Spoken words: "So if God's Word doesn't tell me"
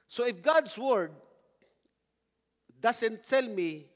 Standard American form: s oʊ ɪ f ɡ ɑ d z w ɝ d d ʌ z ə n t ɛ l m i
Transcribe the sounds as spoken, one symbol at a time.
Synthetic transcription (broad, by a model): s oʊ ɪ f ɡ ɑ d s w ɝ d d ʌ s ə n t ɛ l m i